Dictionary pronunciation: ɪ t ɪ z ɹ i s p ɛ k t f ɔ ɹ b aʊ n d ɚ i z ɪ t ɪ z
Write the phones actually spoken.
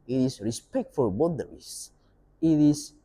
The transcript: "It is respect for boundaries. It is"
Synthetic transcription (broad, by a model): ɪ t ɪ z ɹ i s p ɛ k t f ɔ ɹ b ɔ d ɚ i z ɪ t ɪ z